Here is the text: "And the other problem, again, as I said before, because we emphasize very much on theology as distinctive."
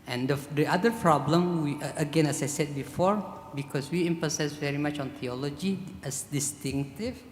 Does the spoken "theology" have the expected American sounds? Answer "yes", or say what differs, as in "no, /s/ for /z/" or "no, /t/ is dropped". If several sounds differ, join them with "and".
no, /t/ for /θ/